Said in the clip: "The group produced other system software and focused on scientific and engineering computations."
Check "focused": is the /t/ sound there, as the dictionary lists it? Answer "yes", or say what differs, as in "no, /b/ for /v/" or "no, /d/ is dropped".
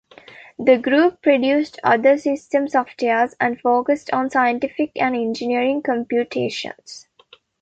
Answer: yes